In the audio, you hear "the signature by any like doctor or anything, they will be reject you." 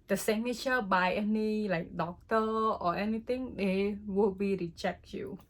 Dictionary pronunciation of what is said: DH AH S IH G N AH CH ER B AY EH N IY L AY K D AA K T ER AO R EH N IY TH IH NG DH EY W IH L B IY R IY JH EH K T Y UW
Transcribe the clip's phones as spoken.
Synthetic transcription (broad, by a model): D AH S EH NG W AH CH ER B AY EH N IY L AY K D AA K T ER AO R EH N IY T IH NG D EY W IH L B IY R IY CH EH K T Y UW